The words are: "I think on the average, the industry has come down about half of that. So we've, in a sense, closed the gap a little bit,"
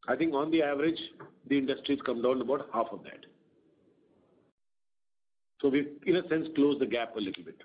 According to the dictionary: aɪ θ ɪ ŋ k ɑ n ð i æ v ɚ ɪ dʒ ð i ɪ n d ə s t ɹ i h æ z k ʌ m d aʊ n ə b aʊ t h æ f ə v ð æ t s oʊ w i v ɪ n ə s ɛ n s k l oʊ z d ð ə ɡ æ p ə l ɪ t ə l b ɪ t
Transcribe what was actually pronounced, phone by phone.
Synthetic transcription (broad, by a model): aɪ t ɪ ŋ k ɑ n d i æ v ɚ ɪ dʒ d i ɪ n d ə s t ɹ i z k ʌ m d aʊ n ə b aʊ t h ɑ f ə v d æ t s oʊ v i ɪ n ə s ɛ n s k l oʊ z d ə ɡ æ p ə l ɪ t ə l b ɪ t